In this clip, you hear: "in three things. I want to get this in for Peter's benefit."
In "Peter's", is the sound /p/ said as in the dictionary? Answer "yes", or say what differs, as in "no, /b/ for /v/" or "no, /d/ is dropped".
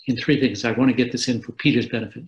yes